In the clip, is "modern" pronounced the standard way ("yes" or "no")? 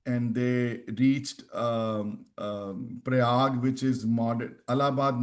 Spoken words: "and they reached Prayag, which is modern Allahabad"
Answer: no